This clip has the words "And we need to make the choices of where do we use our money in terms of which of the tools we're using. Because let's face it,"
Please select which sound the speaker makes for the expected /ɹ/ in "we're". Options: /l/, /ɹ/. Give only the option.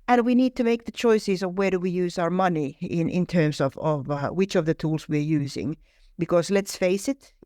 /ɹ/